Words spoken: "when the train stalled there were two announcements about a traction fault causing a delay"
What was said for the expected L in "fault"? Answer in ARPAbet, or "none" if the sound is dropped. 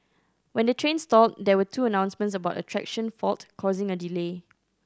L